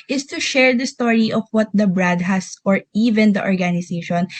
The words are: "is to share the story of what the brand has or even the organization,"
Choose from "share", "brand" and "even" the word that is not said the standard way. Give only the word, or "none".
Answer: brand